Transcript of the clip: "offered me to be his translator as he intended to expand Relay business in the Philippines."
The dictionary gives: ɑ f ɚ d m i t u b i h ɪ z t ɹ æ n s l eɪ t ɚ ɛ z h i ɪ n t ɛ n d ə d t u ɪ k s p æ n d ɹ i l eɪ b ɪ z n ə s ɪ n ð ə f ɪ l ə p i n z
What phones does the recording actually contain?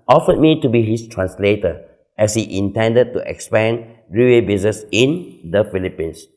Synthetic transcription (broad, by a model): ɑ f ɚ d m i t u b i h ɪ s t ɹ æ n s l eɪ t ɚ ɛ s h i ɪ n t ɛ n d ə d t u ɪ k s p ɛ n ɹ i w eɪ b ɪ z n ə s ɪ n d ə f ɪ l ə p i n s